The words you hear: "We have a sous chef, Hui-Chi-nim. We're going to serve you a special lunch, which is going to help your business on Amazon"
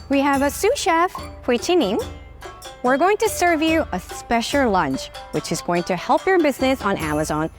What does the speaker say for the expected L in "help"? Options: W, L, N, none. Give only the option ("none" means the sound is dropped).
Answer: L